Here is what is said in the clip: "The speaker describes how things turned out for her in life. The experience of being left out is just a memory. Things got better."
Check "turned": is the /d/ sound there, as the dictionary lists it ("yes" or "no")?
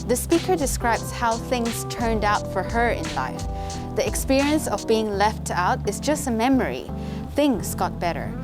yes